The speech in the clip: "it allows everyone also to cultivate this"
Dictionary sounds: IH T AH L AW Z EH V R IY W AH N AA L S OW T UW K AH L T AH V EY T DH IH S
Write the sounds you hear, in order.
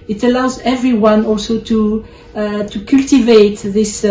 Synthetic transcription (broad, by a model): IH T AH L AW Z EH V R IY W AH N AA L S OW T UW K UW L T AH V EY T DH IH S